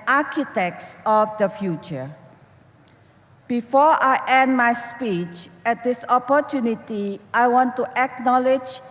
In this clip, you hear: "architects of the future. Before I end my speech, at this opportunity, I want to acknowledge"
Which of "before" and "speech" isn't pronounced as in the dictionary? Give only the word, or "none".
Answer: none